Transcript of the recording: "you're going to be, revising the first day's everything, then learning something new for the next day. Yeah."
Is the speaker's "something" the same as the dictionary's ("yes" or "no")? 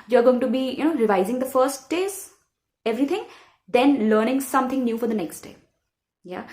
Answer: no